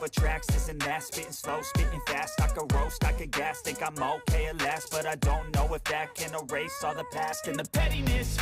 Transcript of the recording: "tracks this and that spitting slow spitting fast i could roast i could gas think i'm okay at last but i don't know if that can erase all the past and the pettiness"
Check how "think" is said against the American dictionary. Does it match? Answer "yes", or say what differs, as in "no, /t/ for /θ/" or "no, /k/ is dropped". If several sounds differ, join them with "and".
no, /ŋ/ is dropped